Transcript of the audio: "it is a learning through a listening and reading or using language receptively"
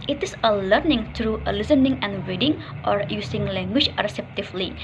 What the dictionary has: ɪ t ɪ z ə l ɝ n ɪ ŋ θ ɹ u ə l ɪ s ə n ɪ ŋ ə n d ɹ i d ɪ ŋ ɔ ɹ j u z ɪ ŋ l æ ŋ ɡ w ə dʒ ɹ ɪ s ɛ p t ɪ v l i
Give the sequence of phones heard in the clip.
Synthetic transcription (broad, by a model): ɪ t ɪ s ə l ɝ n ɪ ŋ t ɹ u ə l ɪ s ə n ɪ ŋ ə n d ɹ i d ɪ ŋ ɔ ɹ j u s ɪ ŋ l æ ŋ ɡ w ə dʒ ɹ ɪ s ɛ p t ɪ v l i